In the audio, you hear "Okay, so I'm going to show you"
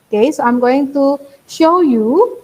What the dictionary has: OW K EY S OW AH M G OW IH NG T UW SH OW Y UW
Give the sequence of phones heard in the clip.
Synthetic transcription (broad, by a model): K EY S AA AH M G OW IH NG T UW SH OW Y UW